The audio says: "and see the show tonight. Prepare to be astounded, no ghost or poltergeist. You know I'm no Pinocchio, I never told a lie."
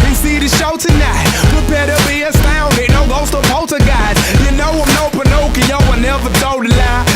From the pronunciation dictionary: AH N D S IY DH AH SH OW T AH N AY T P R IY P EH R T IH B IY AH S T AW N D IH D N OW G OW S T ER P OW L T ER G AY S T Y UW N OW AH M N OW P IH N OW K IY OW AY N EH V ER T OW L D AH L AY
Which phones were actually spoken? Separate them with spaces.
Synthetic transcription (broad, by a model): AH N S IY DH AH SH OW T AH N AY T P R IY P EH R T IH B IY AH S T AW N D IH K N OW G OW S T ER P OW T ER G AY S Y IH N OW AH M N OW P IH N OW K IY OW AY N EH V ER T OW D AH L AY